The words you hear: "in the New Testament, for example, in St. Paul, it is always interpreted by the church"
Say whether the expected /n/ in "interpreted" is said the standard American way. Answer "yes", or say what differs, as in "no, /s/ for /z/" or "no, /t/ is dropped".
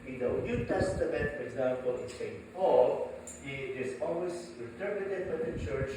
no, /l/ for /n/